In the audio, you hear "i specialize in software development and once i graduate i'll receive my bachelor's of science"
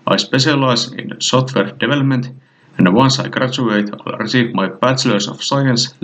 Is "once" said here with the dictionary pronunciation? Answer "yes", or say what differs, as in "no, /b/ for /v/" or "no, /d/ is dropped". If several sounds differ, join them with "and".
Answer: yes